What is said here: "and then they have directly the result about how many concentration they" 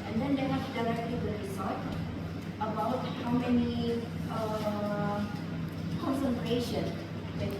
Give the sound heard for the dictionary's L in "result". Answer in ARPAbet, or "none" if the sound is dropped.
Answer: none